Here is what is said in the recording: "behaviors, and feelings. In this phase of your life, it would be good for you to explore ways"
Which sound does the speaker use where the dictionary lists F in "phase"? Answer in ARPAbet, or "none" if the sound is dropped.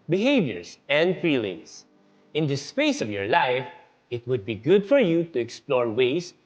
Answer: P